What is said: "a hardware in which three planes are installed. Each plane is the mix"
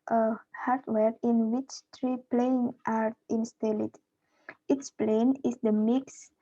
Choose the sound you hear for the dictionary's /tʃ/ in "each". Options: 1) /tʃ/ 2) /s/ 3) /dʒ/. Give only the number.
2